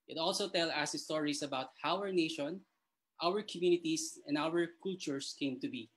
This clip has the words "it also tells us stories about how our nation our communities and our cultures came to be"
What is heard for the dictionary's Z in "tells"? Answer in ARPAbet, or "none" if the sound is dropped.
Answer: none